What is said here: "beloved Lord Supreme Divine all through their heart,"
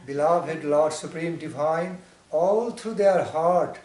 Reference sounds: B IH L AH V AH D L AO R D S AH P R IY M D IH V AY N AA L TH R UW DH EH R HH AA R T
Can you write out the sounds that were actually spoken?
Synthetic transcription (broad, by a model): B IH L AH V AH D L AO R D S AH P R IY M D IH V AY N AA L T R UW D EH R HH AA R T